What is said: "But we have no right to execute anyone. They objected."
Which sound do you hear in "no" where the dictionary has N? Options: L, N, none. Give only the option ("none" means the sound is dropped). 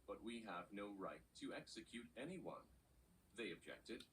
N